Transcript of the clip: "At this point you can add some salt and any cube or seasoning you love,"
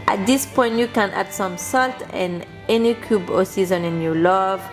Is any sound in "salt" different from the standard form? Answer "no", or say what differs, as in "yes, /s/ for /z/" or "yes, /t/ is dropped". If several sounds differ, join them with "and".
no